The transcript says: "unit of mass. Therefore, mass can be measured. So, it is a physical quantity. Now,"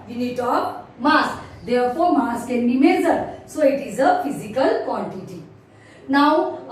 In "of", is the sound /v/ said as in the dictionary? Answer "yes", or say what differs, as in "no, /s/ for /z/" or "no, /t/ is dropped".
no, /p/ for /v/